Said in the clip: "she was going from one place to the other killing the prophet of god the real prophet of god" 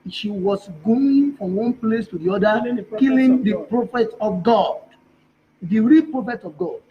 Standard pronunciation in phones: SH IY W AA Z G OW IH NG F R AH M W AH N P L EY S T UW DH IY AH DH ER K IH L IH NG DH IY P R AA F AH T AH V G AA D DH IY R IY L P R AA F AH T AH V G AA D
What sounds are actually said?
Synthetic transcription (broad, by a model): SH IY W AA S G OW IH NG F R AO M W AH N P L EY S T UW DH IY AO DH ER K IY L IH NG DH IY P R AA F AH T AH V G AA D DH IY R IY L P R AA F AH T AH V G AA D